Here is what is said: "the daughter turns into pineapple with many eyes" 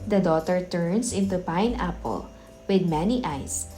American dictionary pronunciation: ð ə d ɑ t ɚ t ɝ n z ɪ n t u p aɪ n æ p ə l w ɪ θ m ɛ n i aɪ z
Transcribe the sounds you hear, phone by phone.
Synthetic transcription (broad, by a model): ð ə d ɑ t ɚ t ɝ n s ɪ n t u p aɪ n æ p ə l w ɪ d m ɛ n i aɪ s